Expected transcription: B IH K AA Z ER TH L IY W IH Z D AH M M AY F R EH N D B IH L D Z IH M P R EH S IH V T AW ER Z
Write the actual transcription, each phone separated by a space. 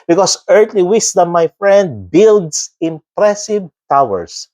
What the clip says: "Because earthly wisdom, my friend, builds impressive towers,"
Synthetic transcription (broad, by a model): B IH K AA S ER T L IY W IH S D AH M M AY F R EH N D B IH L D S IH M P R EH S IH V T AW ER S